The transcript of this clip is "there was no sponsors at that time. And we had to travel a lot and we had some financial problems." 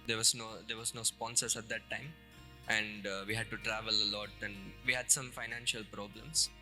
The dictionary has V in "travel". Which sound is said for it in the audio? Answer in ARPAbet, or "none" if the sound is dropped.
V